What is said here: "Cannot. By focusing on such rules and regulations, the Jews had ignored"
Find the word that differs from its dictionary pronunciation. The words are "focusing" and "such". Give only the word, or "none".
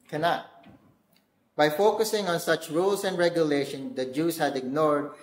none